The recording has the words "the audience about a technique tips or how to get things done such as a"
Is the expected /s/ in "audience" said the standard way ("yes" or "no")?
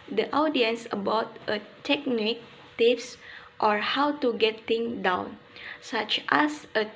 yes